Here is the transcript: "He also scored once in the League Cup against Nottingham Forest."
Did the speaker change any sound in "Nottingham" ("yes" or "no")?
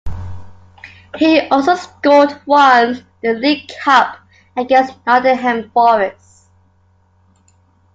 yes